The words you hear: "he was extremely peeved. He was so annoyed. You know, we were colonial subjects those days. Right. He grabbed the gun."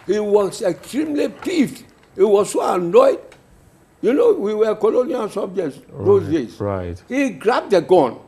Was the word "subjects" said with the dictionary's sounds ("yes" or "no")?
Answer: yes